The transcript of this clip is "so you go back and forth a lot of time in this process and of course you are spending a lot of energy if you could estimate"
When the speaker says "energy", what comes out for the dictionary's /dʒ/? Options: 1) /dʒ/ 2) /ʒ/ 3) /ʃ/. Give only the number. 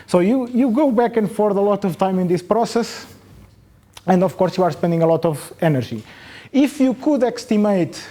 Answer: 2